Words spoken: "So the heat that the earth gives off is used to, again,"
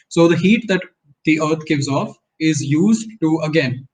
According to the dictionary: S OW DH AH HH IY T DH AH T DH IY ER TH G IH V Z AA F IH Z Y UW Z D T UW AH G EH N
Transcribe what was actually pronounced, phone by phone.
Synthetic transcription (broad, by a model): S OW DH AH HH IY T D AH T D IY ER T G IH V Z AA F IH Z Y UW Z D T UW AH G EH N